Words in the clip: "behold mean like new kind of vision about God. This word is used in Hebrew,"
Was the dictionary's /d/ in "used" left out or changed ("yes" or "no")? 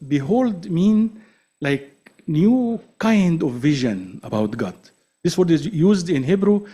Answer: no